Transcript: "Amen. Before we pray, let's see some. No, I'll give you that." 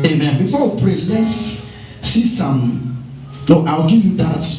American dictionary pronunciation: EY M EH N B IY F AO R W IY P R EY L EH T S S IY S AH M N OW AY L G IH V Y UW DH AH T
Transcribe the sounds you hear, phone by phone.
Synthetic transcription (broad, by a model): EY M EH N B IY F AO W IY P R EY L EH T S S IY S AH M L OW AY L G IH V Y UW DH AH T